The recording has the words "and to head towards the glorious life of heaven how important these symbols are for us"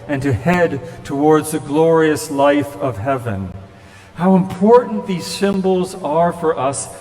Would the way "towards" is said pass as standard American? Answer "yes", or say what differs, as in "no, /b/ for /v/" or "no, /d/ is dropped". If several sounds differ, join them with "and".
yes